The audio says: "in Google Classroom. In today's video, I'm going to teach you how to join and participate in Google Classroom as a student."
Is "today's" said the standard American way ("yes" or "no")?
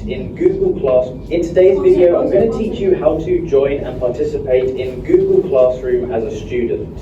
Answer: yes